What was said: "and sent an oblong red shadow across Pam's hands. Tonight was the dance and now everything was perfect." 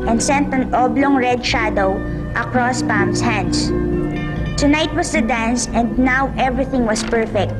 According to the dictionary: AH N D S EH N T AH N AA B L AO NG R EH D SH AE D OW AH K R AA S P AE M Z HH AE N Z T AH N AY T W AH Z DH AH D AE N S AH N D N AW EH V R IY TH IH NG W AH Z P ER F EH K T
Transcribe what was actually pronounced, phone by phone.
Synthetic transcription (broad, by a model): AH N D S EH N T AH N AA B L AO NG R EH D SH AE D OW AH K R AA S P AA M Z HH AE N S T AH N AY T W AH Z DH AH D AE N S AH N D N AW EH V R IY TH IH NG W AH S P ER F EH K T